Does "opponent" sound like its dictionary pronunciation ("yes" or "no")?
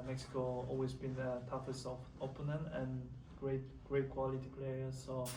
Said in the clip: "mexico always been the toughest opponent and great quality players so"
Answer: no